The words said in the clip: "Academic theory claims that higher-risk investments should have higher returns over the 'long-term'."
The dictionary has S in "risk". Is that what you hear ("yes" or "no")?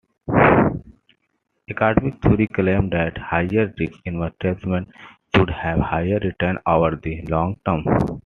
no